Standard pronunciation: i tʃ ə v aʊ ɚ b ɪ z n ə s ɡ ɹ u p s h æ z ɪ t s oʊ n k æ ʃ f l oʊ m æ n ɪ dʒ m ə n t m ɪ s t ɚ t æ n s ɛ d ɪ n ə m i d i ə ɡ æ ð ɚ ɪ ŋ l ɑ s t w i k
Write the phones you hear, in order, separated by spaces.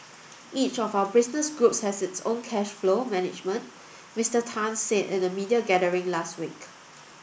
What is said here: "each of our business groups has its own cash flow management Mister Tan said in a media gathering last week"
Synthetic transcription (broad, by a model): i tʃ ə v aʊ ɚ b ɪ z n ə s ɡ ɹ u p s h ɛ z ɪ t s oʊ n k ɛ ʃ f l oʊ m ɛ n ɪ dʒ m ə n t m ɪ s t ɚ t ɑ n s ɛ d ɪ n ə m i d i ə ɡ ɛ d ɚ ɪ ŋ l ɑ s t w i k